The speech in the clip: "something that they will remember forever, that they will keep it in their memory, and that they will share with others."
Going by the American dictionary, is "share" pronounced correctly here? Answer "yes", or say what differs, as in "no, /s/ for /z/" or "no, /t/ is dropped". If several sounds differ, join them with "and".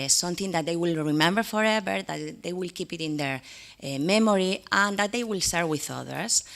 no, /s/ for /ʃ/